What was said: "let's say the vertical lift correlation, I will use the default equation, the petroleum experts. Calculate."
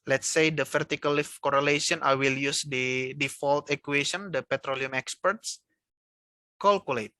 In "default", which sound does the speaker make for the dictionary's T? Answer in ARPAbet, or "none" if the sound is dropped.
T